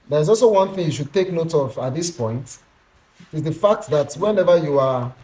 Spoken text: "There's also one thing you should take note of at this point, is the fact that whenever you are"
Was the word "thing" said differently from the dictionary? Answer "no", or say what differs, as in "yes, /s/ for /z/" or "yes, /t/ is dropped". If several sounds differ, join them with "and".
no